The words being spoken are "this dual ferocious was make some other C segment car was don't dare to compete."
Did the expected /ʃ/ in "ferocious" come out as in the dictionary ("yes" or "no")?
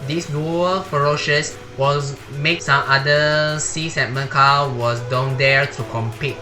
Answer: yes